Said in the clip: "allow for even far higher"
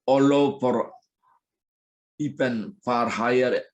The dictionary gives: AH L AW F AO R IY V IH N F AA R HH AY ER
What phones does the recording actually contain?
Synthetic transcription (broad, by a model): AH L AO P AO R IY P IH N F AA R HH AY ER